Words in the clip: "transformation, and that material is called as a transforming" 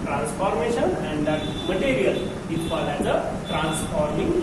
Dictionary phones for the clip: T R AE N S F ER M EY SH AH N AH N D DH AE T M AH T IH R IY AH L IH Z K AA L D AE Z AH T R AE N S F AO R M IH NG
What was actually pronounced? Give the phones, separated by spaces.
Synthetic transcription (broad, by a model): T R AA N S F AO M EY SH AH N AH N D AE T M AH T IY R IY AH L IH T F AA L AE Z AH T R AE N S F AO R M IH NG